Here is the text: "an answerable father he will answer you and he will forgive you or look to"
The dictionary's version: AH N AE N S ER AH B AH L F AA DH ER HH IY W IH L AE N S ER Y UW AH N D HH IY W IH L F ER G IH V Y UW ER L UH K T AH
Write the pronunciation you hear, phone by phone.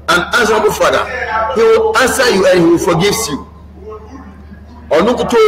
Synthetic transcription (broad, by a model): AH N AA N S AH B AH F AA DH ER HH IY W IH L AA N S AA Y UW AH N HH IY W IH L F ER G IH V Y UW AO N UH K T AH